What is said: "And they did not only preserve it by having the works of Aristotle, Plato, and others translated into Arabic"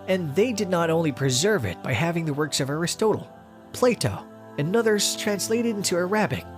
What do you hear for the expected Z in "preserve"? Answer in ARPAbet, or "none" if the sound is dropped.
Z